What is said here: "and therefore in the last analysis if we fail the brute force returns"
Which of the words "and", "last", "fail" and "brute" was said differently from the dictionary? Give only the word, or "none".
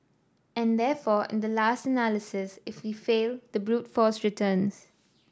none